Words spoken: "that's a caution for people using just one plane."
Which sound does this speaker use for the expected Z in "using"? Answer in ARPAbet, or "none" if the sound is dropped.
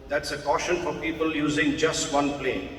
Z